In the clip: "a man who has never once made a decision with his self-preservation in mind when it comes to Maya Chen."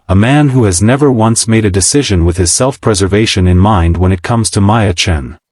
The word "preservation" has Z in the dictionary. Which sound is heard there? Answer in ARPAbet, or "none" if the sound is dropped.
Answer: Z